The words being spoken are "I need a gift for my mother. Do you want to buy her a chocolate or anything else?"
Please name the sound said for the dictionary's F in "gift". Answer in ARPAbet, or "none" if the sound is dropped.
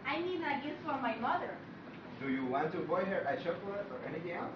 none